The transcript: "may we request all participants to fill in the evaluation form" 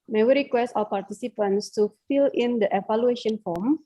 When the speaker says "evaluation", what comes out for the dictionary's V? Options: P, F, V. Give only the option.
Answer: F